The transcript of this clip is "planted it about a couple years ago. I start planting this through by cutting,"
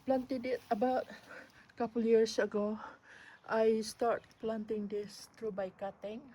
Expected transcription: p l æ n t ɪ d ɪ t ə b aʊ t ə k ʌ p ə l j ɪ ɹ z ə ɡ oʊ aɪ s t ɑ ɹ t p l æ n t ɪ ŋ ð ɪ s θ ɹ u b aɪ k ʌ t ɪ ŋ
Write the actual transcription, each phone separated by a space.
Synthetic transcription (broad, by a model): p l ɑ n t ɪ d ɪ t ə b aʊ t k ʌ p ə l j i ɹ s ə ɡ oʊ aɪ s t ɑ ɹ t p l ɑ n t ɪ ŋ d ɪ s t ɹ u b aɪ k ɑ t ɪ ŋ